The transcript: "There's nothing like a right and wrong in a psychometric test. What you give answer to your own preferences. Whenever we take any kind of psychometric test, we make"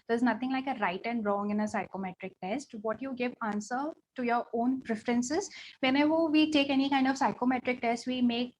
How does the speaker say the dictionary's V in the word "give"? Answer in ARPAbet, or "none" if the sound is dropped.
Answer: V